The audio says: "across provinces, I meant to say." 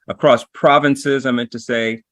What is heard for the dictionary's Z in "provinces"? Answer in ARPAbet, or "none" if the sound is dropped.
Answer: Z